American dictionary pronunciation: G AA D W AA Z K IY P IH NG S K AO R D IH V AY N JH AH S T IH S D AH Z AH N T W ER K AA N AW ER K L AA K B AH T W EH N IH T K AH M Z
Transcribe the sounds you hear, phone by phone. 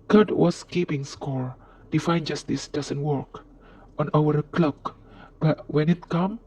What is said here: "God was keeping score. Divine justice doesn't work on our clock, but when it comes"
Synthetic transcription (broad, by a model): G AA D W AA S K IY P IH NG S K AO R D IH F AY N JH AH S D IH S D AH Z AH N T W ER K AA N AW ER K L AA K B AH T W EH N IH T K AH M